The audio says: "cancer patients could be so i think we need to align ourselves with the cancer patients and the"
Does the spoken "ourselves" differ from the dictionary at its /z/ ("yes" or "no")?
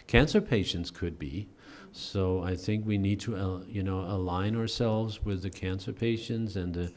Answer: no